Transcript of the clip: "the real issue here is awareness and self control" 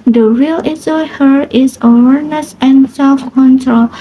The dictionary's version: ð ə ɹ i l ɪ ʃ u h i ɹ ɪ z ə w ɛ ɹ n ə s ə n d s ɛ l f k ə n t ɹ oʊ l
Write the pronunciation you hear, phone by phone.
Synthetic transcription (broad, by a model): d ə ɹ i l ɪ s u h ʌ ɹ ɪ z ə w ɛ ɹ n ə s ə n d s ɛ l f k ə n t ɹ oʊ l